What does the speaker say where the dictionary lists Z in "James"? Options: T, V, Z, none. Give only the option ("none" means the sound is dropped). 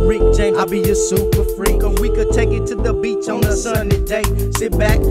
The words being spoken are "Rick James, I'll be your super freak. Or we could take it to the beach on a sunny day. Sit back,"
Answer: none